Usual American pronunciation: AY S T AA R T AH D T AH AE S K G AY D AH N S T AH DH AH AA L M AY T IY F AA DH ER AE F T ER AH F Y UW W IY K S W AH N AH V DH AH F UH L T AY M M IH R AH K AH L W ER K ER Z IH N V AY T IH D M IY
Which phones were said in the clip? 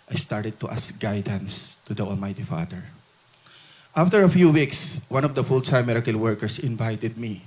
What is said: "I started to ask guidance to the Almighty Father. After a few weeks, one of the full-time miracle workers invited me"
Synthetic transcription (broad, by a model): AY S T AA R T AH D T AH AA S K G AY D AH N S T AH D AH AA L M AY T IY F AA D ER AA F T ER AH F Y UW W IY K S W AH N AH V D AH F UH L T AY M M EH R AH K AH L W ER K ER S IH N V AY T IH D M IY